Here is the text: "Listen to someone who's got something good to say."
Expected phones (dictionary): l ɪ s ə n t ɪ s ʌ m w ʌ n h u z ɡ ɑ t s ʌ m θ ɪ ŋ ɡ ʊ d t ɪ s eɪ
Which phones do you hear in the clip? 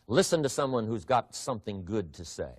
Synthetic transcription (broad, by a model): l ɪ s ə n t ɪ s ʌ m w ʌ n h u z ɡ ɑ t s ʌ m θ ɪ ŋ ɡ ʊ d t ɪ s eɪ